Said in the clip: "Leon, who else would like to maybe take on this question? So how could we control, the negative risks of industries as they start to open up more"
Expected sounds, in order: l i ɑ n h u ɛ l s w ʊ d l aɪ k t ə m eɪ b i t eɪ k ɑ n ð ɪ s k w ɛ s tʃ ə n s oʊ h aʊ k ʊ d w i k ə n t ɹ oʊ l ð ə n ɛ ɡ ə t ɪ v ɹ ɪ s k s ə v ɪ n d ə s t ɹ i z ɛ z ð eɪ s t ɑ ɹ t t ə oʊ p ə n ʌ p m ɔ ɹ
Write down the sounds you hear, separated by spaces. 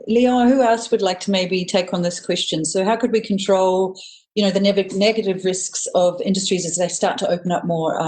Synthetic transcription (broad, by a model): l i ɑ h u ɛ l s w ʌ d l aɪ k t ə m eɪ b i t eɪ k n ð ɪ s k w ɛ s tʃ ə n s oʊ h aʊ k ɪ d w i k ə n t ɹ oʊ l ð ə n ɛ ɡ ə t ɪ v ɹ ɪ s k s ə v ɪ n d ə s t ɹ i z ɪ z ð eɪ s t ɑ ɹ t t ə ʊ p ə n ʌ p m ɔ ɹ